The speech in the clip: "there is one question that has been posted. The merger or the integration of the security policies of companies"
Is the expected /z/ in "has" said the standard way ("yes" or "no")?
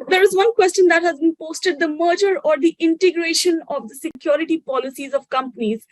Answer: yes